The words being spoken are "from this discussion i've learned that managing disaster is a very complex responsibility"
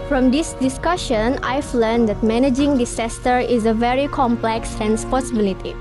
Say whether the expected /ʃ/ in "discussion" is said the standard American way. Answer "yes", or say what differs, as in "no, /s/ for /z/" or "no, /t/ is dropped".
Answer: yes